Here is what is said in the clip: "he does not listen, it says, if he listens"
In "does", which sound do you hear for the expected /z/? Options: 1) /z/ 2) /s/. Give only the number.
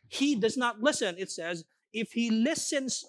1